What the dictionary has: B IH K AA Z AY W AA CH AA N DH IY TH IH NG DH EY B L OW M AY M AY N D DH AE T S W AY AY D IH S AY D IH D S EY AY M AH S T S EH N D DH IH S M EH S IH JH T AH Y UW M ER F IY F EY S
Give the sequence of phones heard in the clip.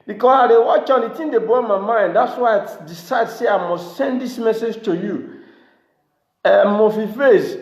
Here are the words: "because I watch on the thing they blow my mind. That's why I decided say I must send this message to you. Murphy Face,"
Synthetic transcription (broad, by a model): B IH K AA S AY W AA CH AA N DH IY T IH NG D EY B OW M AY M AY N D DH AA T S W AY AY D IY S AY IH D S EY AY M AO S T S EH N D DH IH S M EH S IH JH T AH Y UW M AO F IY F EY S